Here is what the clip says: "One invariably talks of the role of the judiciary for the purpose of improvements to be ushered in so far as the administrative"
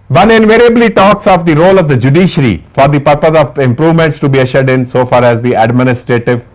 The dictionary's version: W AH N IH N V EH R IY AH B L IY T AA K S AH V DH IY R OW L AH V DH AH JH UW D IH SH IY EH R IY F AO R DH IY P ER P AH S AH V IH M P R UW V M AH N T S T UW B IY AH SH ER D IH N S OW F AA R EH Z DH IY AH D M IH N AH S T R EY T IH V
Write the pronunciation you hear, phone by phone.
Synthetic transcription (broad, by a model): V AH N IH N V EH R IY AH B L IY T AA K S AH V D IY R OW L AH V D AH JH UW D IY SH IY R IY F AO R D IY P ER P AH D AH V IH M P R UW V M AH N T S T UW B IY AH SH ER D IH N S OW F AA R EH Z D IY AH D M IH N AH S T R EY T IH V